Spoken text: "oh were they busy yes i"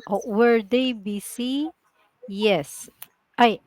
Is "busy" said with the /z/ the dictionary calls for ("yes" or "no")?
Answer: no